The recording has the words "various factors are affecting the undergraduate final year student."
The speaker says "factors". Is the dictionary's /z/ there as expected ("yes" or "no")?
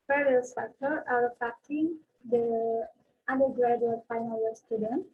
no